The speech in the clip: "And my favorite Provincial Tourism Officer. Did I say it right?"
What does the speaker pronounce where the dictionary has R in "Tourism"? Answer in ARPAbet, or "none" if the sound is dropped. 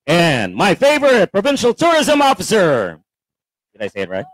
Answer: R